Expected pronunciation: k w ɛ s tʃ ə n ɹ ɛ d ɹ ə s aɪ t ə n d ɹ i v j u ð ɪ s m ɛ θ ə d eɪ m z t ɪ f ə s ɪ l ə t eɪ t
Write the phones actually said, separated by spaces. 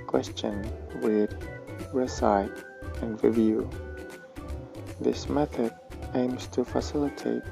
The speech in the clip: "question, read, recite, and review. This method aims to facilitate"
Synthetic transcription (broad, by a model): k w ɛ s tʃ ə n w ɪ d ɹ ə s aɪ t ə n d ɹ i v j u ð ɪ s m ɛ θ ə d eɪ m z t ɪ f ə s ɪ l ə t eɪ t